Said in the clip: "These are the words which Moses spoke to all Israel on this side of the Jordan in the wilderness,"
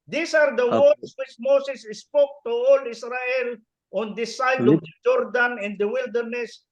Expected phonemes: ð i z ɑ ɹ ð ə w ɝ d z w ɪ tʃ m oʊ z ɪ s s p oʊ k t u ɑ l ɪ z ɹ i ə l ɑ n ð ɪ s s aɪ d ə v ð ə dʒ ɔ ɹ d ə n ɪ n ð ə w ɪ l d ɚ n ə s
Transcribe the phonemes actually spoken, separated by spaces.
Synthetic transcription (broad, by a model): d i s ɑ ɹ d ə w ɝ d s w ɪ tʃ m oʊ s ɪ s s p oʊ k t u ɑ l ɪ s ɹ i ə l ɑ n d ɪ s s aɪ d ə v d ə dʒ ɔ ɹ d ə n ɪ n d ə w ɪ l d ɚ n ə s